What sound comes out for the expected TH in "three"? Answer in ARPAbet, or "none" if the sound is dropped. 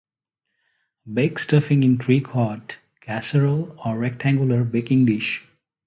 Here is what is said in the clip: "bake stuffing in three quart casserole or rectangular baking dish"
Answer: T